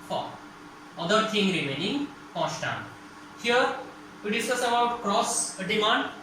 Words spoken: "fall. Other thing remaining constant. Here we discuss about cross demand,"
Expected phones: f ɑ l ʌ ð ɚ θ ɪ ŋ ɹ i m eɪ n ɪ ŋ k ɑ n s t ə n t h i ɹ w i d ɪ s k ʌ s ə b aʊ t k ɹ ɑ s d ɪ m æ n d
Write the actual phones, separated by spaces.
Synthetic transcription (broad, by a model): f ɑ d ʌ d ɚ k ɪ ŋ ɹ i m eɪ n ɪ ŋ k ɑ s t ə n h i ɹ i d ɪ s ʌ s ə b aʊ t k ɹ ɑ s d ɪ m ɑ n d